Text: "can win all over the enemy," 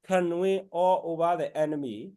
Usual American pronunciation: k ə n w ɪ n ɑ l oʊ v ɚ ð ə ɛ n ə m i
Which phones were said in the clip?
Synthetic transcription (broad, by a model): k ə n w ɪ ɑ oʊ b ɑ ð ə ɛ n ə m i